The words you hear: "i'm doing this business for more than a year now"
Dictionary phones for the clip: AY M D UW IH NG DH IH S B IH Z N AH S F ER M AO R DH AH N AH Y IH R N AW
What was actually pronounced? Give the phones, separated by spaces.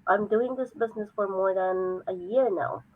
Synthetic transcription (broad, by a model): AY M D UW IH NG DH IH S B IH Z N AH S F ER M AO R DH AH N AH Y IH R N AW